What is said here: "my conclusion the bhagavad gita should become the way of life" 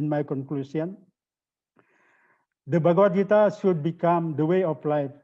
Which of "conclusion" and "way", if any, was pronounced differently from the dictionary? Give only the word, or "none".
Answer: conclusion